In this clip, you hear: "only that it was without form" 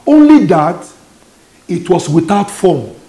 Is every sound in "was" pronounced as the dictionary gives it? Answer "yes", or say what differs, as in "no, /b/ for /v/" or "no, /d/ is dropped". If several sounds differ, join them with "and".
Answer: no, /s/ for /z/